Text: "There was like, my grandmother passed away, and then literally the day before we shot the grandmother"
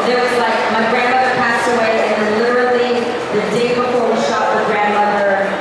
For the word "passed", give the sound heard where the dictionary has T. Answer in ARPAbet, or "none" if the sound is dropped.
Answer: T